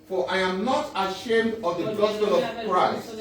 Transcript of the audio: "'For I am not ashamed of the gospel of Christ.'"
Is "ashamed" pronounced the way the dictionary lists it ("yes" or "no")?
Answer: yes